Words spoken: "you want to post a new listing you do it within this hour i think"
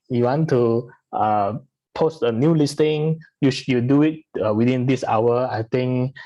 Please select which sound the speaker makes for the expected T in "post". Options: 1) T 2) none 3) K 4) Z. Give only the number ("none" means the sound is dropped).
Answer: 1